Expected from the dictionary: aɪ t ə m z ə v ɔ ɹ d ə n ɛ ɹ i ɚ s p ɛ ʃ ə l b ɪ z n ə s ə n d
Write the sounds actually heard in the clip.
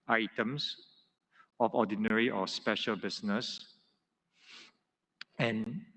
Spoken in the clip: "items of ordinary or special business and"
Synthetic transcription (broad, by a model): aɪ t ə m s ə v ɔ d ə n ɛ ɹ i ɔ s p ɛ ʃ ə l b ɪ s n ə s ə n